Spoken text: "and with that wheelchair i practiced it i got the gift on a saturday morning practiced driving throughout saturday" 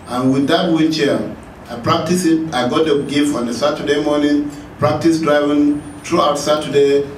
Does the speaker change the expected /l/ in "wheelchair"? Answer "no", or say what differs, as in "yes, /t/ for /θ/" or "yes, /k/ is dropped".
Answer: yes, /l/ is dropped